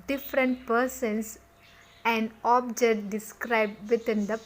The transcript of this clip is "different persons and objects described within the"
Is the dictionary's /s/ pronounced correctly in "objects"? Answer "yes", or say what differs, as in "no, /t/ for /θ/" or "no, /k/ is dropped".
no, /s/ is dropped